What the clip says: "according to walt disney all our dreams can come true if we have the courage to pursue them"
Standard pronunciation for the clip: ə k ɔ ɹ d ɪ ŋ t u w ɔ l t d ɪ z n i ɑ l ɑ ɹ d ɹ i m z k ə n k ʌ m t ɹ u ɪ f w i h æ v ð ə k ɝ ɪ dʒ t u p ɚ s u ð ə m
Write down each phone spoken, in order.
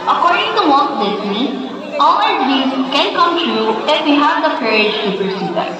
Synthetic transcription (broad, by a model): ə k ɔ ɹ d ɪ ŋ t u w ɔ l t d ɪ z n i ɑ l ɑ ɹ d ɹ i z k ə n k ʌ m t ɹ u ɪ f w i h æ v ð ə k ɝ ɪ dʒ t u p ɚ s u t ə